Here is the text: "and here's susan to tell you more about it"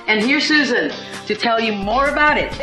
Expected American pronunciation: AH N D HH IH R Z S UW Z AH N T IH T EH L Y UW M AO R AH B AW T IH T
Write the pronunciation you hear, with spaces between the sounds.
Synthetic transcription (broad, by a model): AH N HH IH R S UW Z AH N T IH T EH L Y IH M AO R AH B AW T IH T